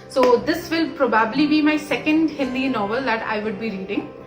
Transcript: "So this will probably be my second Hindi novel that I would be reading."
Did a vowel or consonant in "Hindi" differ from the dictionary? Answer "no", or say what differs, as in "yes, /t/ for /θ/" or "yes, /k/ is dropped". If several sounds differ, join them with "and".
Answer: yes, /l/ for /n/